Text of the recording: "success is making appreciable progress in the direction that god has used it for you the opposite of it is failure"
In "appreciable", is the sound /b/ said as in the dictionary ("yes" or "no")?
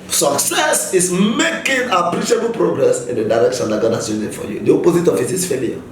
yes